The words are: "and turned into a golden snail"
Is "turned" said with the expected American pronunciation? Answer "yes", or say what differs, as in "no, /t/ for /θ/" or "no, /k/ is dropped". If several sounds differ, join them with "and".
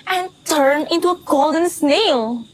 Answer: no, /d/ is dropped